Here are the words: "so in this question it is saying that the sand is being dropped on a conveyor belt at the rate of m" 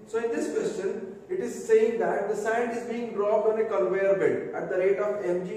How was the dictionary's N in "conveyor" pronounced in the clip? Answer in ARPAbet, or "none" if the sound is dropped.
L